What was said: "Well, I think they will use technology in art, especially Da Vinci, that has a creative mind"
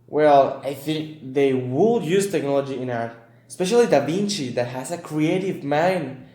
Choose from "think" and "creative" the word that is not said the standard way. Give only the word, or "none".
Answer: none